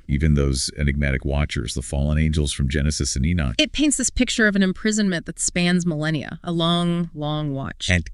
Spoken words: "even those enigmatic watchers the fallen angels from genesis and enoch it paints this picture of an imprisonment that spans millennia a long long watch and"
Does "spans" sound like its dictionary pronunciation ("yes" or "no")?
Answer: yes